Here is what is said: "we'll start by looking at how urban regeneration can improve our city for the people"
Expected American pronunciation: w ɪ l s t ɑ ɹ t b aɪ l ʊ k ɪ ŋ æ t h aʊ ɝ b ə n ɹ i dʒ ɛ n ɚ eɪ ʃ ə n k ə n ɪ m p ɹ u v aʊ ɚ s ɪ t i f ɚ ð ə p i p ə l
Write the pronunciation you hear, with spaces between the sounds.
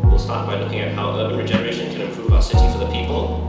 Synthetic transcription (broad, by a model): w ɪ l s t ɑ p b aɪ l ʊ k ɪ ŋ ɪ t h aʊ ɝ ə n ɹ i dʒ ɛ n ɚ eɪ ʃ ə n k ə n ɪ m p ɹ u v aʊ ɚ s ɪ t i f ɚ ð ə p i p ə l